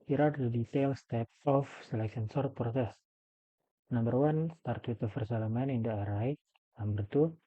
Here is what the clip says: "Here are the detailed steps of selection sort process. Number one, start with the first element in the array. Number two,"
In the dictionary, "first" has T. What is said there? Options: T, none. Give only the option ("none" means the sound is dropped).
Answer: none